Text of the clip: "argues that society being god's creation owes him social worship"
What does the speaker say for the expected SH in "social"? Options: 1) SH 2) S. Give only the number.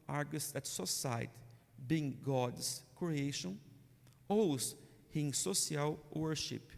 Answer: 2